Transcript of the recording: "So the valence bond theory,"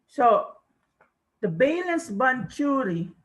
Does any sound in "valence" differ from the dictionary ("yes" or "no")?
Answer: yes